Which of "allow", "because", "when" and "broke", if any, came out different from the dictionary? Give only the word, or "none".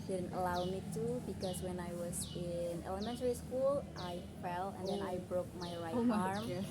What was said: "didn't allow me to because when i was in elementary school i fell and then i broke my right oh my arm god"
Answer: because